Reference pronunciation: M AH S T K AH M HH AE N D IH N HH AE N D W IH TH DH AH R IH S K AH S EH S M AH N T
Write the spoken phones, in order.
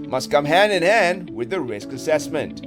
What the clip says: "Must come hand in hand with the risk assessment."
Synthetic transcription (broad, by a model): M AH S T K AH M HH AE N D IH N HH AE N D W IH DH AH R IH S K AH S EH S M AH N T